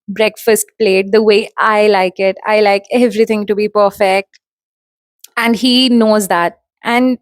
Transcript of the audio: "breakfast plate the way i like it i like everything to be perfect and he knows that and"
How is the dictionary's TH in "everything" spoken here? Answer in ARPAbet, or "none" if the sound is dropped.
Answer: T